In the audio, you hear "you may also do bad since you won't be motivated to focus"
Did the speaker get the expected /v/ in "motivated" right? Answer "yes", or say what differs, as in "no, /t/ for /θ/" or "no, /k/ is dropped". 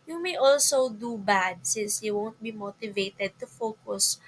yes